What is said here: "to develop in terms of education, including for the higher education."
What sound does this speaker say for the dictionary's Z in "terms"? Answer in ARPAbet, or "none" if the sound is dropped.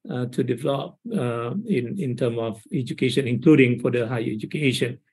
none